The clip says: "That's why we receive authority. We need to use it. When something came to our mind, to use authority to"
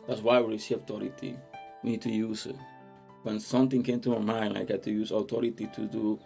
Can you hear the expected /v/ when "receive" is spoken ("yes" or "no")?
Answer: no